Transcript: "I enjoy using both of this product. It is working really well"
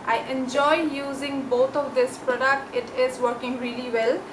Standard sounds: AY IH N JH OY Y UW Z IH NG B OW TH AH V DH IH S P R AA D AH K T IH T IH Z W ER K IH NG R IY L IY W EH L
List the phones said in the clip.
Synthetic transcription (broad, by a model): AY IH N JH OY Y UW Z IH NG B OW T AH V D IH S P R AA D AH K T IH T IH Z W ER K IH NG R IY L IY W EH L